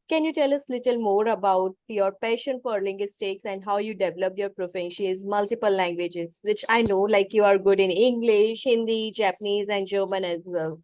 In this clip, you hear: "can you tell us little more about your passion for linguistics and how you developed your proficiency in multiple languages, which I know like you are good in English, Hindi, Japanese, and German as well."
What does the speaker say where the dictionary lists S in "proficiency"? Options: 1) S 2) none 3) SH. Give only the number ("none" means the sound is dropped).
3